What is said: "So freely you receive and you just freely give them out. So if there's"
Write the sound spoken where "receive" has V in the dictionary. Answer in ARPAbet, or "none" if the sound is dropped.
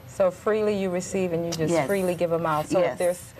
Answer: V